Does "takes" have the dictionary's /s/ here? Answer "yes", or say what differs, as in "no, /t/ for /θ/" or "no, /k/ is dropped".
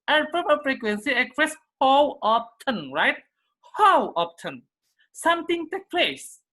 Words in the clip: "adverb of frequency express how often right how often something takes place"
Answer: no, /s/ is dropped